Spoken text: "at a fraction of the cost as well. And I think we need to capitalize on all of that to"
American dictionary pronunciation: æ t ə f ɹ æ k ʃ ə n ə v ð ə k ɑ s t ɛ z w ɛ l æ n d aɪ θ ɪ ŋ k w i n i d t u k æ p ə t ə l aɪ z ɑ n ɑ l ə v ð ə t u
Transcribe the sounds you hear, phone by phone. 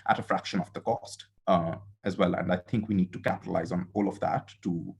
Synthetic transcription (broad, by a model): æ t ə f ɹ æ k ʃ ə n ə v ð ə k ɑ s t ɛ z w ɛ l æ n d aɪ t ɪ ŋ k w i n i d t u k æ p ə t ə l aɪ z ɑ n ɑ l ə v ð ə t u